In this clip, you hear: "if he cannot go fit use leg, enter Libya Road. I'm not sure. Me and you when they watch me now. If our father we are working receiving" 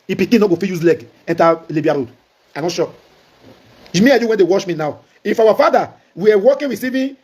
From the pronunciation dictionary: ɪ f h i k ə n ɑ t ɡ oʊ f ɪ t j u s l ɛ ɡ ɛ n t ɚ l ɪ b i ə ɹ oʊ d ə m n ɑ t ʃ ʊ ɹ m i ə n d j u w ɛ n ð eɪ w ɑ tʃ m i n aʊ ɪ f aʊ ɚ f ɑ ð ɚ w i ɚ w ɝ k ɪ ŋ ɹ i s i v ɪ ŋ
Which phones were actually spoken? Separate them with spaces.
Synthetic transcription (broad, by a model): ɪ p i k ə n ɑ ɡ oʊ f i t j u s l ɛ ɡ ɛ n t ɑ l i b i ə ɹ oʊ d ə n ɑ t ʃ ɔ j m i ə j u w ɛ n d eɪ w ɑ ʃ m i n aʊ ɪ f aʊ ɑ f ɑ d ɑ w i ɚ w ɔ k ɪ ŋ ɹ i s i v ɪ